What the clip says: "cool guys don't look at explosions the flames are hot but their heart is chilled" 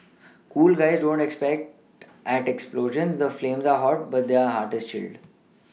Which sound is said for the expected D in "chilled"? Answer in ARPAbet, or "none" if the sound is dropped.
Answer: D